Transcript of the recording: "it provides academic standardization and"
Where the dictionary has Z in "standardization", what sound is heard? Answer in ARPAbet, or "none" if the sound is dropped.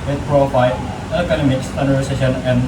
S